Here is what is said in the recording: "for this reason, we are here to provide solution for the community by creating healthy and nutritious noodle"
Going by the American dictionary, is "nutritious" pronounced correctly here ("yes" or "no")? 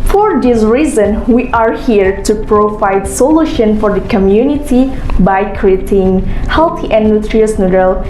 no